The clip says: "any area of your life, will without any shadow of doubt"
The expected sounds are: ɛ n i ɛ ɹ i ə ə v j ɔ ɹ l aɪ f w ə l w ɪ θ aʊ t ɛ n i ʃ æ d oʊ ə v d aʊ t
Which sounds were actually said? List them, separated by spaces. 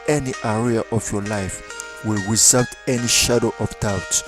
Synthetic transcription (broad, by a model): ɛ n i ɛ ɹ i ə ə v j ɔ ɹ l aɪ f w ə l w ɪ s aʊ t ɛ n i ʃ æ d oʊ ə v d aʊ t